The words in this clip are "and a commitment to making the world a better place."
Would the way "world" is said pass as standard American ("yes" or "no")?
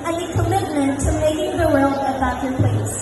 no